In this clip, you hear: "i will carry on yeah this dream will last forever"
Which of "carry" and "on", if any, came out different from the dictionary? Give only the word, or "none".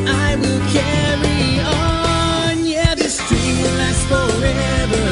none